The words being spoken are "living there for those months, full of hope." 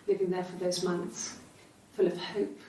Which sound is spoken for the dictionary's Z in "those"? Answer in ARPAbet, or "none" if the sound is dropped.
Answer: Z